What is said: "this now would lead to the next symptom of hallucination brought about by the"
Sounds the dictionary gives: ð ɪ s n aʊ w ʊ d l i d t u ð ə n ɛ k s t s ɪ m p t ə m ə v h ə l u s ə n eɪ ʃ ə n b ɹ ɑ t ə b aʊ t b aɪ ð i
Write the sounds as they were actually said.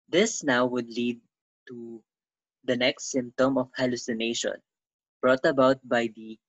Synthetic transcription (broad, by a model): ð ɪ s n aʊ w ʊ d l i d t u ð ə n ɛ k s t s ɪ m p t ə m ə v h ə l u s ə n eɪ ʃ ə n b ɹ ɑ t ə b aʊ t b aɪ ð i